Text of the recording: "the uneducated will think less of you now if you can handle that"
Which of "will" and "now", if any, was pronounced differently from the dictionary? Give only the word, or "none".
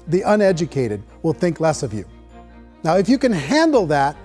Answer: none